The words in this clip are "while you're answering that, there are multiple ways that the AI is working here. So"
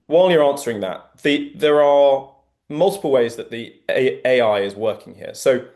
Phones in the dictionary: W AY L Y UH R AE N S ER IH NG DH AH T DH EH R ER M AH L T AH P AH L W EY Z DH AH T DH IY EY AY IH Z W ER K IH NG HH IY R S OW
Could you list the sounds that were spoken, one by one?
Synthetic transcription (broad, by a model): W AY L Y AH R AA N S ER IH NG DH AH T DH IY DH ER M AH L T AH P AH L W EY Z DH AH T DH IY EY AY IH Z W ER K IH NG HH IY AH S OW